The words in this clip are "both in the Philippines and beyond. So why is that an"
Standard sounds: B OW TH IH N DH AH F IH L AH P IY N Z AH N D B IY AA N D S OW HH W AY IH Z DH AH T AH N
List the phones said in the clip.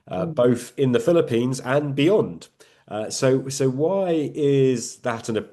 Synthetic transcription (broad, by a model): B OW TH IH N DH AH F IH L AH P IY N Z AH N B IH AA N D S OW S W AY IH Z DH AH T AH N